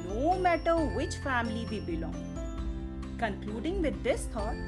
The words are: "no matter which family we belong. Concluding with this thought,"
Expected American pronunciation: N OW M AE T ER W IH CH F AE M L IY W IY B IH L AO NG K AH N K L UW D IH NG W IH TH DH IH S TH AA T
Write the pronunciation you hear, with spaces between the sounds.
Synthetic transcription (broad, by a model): N OW M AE T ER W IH CH F AE M L IY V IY B IH L AO NG K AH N K L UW D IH NG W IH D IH S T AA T